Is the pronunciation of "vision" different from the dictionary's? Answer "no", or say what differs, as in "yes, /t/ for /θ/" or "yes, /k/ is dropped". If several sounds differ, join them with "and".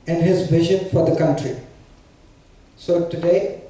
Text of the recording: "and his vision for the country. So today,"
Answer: yes, /b/ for /v/ and /ʃ/ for /ʒ/